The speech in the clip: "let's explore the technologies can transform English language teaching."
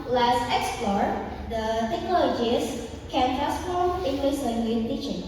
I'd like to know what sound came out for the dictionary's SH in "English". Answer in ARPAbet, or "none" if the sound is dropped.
S